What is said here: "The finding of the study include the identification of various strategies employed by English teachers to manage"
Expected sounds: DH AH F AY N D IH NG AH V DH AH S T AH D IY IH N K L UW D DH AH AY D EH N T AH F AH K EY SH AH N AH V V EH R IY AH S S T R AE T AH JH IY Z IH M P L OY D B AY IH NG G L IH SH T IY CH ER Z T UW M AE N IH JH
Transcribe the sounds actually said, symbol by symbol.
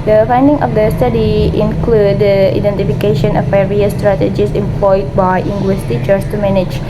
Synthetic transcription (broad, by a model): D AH F AY N D IH NG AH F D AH S T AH D IY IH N K L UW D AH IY D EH N T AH F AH K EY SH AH N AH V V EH R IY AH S S T R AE T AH JH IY S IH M P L OY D B AY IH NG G W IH S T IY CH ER S T UW M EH N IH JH